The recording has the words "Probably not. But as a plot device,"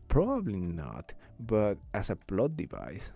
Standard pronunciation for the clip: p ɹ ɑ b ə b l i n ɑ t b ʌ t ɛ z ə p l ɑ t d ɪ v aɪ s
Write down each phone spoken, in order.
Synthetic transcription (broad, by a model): p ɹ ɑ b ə b l i n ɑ t b ʌ t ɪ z ə b l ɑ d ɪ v aɪ s